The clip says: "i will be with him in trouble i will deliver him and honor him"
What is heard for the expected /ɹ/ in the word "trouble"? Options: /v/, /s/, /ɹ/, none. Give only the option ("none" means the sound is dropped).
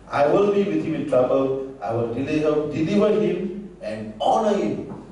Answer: /ɹ/